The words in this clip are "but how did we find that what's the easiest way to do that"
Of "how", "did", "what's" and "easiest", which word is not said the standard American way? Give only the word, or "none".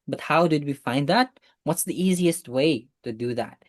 none